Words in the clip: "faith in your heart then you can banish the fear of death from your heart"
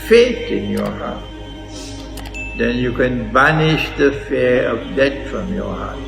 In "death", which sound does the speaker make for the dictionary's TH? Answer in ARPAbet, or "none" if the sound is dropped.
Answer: T